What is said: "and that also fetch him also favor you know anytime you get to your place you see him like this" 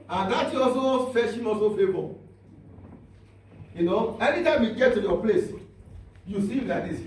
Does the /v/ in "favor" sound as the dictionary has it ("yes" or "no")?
no